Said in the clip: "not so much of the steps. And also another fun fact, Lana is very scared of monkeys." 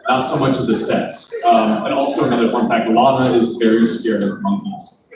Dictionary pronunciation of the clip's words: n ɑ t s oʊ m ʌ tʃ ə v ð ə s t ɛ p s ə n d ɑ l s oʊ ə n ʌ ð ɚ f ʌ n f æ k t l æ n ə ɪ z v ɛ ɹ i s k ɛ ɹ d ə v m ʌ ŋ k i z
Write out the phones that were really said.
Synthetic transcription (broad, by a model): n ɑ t s oʊ m ʌ tʃ ə v ð ə s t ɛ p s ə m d ɑ l s oʊ ə n ʌ ð ɚ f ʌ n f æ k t l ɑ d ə ɪ z v ɛ ɹ i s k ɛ ɹ ə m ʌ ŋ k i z